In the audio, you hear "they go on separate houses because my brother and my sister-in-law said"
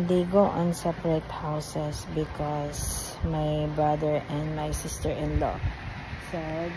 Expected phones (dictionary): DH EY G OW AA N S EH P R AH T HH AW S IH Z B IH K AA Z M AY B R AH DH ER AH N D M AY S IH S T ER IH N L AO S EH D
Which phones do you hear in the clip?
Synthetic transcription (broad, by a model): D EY G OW AA N S EH P R AH T HH AW S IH S B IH K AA S M AY B R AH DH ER AH N D M AY S IH S T ER IH N L AO S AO